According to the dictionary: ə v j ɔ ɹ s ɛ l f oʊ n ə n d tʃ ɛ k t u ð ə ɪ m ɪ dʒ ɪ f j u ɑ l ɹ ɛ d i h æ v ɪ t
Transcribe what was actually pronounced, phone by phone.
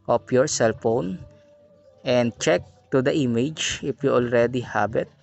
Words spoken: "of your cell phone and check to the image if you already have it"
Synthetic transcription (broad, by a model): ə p j ɔ ɹ s ɛ l f oʊ n ə n d tʃ ɛ k t u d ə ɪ m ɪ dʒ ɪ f j u ɑ l ɹ ɛ d i h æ b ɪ t